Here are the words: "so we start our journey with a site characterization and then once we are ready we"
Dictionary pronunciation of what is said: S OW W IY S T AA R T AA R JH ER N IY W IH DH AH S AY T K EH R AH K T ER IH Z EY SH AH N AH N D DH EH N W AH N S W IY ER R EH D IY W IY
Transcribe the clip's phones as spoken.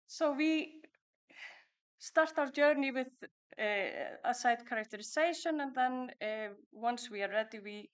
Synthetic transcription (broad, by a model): S OW W IY S T AA R T AA W JH ER N IY W IH DH AH S AY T K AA R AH K T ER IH S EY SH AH N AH N DH EH N W AH N S W IY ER R EH D IY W IY